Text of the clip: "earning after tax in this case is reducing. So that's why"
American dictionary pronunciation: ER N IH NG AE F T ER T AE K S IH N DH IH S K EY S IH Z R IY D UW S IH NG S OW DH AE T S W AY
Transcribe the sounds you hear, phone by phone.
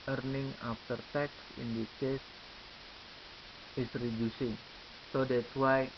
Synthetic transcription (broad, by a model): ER N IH NG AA F T ER T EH K S IH N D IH K EY S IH S R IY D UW S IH NG S OW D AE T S W AY